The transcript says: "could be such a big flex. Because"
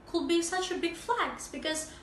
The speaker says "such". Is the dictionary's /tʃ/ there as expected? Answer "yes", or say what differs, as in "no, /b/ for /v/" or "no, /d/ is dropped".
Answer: yes